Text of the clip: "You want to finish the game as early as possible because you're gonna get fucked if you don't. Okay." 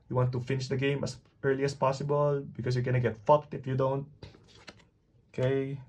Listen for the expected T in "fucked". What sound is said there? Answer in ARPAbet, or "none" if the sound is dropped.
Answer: T